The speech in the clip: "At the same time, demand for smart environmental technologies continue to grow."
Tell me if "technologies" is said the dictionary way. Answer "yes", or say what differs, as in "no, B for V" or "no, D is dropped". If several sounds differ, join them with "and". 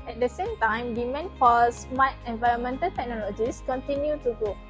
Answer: no, S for Z